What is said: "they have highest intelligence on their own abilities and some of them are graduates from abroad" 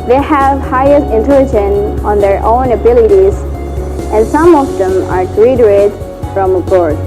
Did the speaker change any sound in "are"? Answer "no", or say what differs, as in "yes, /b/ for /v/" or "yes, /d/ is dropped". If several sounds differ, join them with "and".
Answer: no